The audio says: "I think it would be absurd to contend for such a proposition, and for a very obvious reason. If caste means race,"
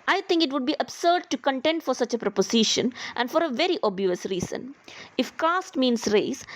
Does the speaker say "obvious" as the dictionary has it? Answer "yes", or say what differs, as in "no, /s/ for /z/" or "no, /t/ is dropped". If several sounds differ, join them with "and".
no, /v/ is dropped